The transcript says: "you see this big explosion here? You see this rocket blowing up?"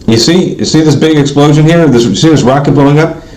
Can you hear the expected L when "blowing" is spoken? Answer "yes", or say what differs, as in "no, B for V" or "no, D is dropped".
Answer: no, L is dropped